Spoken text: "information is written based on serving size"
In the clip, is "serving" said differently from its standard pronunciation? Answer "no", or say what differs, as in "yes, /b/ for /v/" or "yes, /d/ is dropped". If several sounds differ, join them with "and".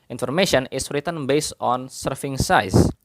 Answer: yes, /f/ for /v/